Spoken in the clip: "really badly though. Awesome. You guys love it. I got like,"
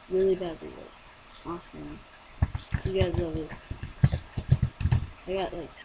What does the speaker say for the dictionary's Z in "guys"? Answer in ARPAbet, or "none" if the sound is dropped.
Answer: Z